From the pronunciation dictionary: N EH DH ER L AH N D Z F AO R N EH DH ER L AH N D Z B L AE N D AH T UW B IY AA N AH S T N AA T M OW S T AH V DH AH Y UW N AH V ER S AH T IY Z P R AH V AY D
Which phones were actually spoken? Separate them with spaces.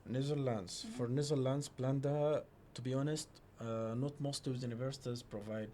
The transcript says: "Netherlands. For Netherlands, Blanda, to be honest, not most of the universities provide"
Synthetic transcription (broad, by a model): N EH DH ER L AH N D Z F AO R N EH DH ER L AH N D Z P L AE N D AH T UW B IY AA N AH S T N AA T M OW S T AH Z Y UW N AH V ER S AH T IY Z P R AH V AY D